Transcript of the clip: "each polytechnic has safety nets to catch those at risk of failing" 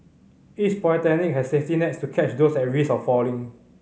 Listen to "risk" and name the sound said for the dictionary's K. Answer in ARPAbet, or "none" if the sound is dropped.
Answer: none